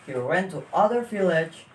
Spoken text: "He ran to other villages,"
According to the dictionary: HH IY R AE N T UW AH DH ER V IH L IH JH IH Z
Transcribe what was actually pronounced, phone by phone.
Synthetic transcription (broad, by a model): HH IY W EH N T UW AH DH ER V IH L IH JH